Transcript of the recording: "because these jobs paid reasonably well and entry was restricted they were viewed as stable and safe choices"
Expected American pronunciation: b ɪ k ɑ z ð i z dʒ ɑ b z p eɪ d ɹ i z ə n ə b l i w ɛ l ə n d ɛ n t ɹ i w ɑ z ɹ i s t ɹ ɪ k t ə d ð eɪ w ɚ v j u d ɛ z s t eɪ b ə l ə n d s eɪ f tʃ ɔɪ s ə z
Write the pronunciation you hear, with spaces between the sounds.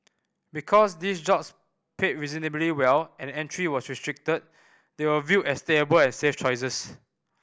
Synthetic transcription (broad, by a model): b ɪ k ɑ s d i s dʒ ɑ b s p eɪ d ɹ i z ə n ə b l i w ɛ l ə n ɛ n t ɹ i w ɑ s ɹ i s t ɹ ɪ k t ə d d eɪ w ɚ v j u ɛ s t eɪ b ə l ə n s eɪ f tʃ ɔɪ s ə s